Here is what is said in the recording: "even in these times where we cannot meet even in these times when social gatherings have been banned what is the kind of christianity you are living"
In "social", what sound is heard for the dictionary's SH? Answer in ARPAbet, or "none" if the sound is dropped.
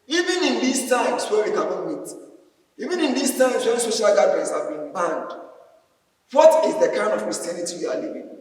SH